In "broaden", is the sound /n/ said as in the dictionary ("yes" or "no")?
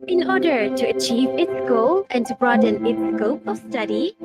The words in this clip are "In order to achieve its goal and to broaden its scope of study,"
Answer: yes